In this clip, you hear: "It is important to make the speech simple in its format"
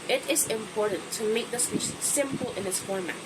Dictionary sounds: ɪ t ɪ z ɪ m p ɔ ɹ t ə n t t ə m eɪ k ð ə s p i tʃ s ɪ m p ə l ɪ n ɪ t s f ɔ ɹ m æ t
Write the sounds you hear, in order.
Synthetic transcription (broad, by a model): ɪ t ɪ z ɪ m p ɔ ɹ t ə n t t ə m eɪ k ð ə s i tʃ s ɪ m p ə l ɪ n ɪ t s f ɔ ɹ m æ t